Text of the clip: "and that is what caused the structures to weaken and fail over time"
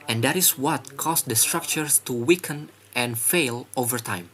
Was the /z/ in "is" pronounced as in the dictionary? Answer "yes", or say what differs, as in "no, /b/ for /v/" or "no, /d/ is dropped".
no, /s/ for /z/